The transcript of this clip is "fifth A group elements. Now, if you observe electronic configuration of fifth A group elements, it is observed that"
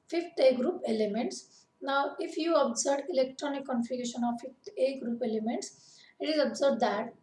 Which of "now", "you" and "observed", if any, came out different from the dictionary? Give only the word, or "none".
observed